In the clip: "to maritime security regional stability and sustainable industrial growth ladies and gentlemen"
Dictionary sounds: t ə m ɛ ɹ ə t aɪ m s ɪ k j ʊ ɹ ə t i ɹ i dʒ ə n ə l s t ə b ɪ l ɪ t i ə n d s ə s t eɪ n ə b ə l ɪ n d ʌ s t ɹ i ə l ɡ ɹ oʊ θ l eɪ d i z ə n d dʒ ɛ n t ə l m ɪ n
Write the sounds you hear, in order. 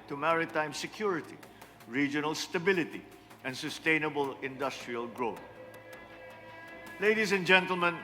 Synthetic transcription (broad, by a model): t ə m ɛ ɹ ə t aɪ m s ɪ k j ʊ ɹ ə t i ɹ i dʒ ə n ə l s t ə b ɪ l ɪ t i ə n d s ə s t eɪ n ə b ə l ɪ n d ʌ s t ɹ i ə l ɡ ɹ oʊ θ l eɪ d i s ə n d dʒ ɛ n t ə l m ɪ n